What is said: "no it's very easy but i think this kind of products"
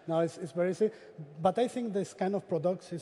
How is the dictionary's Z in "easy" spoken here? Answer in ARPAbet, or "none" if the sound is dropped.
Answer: S